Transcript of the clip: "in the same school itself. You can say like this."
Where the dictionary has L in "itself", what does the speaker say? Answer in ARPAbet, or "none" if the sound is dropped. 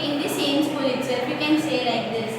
none